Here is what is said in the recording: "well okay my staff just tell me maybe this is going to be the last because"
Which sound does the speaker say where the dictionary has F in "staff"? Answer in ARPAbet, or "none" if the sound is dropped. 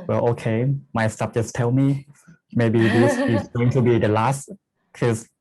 P